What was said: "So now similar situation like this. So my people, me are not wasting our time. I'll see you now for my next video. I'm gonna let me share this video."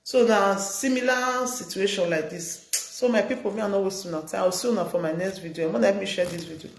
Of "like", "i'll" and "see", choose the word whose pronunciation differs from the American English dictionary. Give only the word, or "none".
i'll